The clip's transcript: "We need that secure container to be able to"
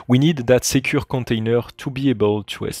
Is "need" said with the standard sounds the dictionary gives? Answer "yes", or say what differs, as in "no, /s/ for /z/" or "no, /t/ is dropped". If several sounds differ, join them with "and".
yes